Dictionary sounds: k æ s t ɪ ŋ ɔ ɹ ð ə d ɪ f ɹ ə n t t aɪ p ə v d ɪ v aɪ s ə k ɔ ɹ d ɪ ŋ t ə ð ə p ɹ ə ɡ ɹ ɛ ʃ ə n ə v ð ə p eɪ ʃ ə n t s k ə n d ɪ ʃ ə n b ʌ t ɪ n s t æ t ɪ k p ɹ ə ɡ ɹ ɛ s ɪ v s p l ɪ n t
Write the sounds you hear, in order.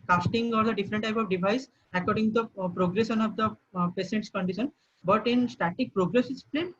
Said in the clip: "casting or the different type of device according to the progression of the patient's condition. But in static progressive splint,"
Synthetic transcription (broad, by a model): k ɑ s t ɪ ŋ ɔ ɹ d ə d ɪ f ɹ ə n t t aɪ p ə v d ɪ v aɪ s ə k ɔ ɹ d ɪ ŋ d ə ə p ɹ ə ɡ ɹ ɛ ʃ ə n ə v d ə p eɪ s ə n t s k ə n d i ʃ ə n b ʌ t ɪ n s t æ t ɪ k p ɹ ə ɡ ɹ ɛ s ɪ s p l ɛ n